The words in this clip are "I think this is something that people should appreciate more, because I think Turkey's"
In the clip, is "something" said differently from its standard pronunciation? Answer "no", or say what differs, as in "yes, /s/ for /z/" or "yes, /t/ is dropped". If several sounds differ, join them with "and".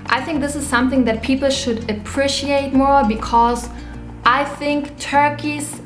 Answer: no